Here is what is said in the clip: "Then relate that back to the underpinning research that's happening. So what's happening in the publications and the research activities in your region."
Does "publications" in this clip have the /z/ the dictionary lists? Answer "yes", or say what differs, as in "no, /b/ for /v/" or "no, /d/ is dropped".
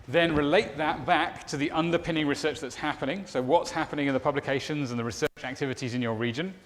yes